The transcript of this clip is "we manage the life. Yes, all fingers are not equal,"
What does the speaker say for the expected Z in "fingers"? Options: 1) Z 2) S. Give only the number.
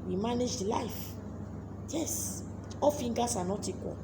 2